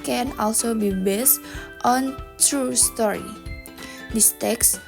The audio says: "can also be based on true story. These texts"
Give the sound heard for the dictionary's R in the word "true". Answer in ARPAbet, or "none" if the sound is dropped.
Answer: R